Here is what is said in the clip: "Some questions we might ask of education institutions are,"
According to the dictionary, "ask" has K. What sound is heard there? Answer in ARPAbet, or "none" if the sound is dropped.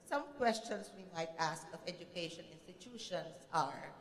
K